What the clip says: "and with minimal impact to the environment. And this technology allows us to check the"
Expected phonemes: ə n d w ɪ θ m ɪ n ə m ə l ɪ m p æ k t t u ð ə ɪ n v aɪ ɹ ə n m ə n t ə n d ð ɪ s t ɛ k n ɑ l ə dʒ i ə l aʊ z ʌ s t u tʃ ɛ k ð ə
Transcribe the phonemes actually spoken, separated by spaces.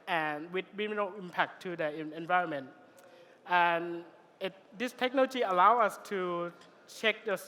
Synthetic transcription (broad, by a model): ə n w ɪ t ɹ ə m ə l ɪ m p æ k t t u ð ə ɪ n v aɪ ɹ ə n m ə n t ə n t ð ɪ s t ɛ k n ɑ l ə dʒ i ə l aʊ ʌ s t u tʃ ɛ k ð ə